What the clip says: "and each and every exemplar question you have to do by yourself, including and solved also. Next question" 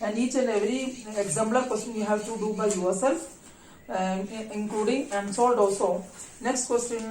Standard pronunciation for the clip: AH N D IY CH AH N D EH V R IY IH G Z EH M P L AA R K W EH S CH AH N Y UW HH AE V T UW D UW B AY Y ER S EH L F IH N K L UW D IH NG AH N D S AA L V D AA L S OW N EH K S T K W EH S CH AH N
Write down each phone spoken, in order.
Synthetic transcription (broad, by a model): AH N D IY CH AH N EH V R IY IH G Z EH M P L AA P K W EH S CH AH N Y UW HH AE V T UW D UW B AY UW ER S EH L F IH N K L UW D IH NG AH N D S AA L D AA S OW N EH K S T K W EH S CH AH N